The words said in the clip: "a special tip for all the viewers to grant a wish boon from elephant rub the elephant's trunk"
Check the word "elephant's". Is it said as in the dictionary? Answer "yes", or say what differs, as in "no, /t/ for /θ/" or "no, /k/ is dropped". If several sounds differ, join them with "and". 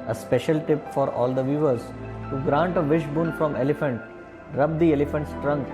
yes